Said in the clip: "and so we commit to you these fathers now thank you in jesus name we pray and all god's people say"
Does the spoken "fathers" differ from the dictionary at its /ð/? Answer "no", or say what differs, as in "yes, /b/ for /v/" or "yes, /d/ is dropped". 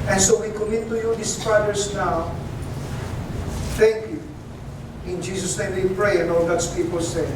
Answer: yes, /ð/ is dropped